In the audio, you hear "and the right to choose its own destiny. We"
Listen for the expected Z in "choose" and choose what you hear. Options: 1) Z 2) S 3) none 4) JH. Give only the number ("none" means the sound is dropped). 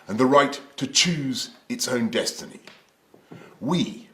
1